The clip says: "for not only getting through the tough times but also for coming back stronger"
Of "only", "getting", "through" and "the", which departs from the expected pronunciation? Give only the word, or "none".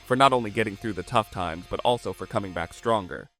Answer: none